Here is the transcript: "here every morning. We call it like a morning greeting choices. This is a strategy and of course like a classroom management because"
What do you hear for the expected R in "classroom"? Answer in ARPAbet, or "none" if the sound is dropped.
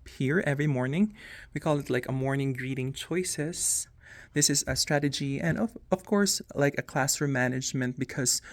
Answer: none